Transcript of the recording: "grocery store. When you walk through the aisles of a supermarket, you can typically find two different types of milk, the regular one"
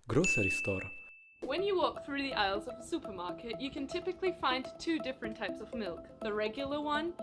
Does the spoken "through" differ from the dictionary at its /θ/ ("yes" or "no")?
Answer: no